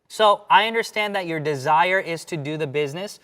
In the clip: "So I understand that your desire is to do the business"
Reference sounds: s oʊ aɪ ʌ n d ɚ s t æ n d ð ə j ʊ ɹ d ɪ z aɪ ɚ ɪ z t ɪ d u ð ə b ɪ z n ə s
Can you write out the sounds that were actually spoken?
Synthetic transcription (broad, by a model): s oʊ aɪ ʌ n d ɚ s t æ n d ð ə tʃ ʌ ɹ d ɪ z aɪ ɚ ɪ z t ɪ d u ð ə b ɪ z n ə s